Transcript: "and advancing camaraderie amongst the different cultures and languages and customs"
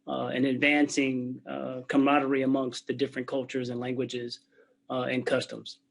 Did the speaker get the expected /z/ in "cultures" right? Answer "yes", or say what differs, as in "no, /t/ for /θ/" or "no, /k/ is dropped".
yes